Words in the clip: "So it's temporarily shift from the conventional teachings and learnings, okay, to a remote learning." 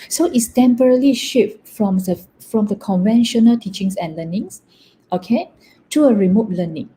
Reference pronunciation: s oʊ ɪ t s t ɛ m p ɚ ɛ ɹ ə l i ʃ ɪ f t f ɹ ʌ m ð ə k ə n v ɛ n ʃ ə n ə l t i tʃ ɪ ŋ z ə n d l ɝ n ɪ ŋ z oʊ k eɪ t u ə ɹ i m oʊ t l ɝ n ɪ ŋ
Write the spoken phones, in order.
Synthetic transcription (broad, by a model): s oʊ ɪ t s t ɛ m p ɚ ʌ ɹ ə l i ʃ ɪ f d f ɹ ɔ m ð ə k ə n v ɛ n ʃ ə n ə l t i tʃ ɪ ŋ s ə n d l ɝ n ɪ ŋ s oʊ k eɪ t u ə ɹ i m oʊ t l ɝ n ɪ ŋ